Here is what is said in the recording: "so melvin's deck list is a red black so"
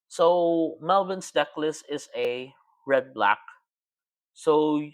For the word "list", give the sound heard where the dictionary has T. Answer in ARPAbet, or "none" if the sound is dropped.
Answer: none